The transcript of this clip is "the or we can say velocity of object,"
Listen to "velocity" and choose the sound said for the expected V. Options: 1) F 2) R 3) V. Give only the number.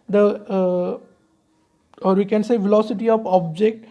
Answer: 3